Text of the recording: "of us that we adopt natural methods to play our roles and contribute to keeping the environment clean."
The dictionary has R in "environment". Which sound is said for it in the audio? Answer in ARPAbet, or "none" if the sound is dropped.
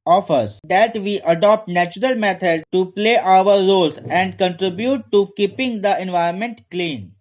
none